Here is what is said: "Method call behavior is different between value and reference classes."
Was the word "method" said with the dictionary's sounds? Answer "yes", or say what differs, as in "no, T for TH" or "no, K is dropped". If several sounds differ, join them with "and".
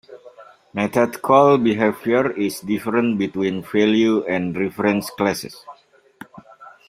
no, T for TH